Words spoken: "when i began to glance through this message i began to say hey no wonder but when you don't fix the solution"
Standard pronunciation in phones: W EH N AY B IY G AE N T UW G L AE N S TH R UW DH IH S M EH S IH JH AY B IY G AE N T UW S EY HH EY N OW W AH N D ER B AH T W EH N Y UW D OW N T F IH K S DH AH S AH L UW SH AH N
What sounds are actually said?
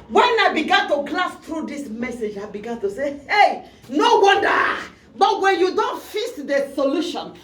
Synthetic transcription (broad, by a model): W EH N AY B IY G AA N T UW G L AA S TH R UW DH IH S M EH S IH JH AY B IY G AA N T UW S EY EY N OW W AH N D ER B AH T W EH N Y UW D OW N T F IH S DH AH S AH L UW SH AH N